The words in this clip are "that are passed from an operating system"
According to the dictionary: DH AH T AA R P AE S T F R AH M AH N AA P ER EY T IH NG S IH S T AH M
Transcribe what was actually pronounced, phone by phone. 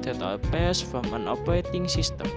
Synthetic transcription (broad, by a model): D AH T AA L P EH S F R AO M AH N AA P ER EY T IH NG S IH S T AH M